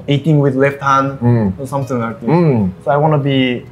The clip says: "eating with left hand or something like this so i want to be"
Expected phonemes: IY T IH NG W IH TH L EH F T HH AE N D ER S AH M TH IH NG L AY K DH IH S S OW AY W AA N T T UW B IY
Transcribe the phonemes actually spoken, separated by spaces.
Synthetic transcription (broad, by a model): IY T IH NG W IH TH L EH F T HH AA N ER S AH M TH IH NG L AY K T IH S S OW AY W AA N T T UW B IY